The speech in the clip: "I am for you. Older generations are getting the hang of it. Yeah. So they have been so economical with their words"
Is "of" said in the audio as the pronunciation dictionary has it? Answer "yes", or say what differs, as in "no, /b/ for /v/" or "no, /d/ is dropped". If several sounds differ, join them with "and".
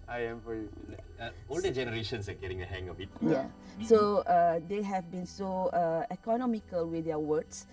no, /b/ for /v/